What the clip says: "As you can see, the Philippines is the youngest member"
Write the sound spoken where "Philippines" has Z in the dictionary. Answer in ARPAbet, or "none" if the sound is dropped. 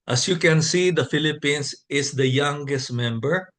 S